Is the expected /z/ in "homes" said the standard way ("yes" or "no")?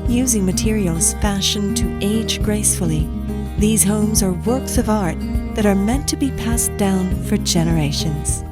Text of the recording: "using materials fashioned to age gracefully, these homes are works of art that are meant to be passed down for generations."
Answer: yes